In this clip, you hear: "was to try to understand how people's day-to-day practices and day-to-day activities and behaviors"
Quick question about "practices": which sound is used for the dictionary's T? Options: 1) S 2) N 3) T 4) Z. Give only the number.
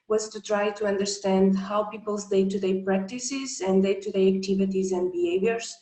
3